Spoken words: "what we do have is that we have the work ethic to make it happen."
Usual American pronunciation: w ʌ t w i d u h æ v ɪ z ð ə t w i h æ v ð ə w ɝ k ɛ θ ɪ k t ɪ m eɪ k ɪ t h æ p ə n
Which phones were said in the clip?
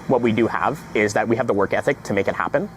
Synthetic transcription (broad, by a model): w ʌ t w i d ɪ h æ v ɪ z ð ə t w i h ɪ v ð ə w ɝ k ɛ θ ɪ k t ɪ m eɪ k ɪ t h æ p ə n